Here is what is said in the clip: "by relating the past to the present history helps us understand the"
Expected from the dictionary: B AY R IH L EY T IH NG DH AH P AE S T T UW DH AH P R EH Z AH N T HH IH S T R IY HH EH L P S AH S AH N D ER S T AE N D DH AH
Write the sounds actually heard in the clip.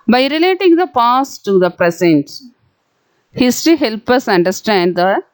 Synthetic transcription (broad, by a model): B AY R IH L EY T IH NG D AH P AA S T T UW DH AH P R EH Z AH N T HH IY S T IY HH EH L P AH S AH N D ER S T AE N D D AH